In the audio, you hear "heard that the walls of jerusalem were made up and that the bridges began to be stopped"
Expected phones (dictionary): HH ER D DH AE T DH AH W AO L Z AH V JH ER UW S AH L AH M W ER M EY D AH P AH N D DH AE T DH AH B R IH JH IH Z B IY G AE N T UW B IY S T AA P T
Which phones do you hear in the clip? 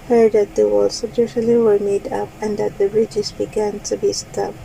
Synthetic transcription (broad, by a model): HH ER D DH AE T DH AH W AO L S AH B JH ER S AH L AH W ER M EY D AH P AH N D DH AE T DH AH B R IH JH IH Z B IY G AE N T UW B IY S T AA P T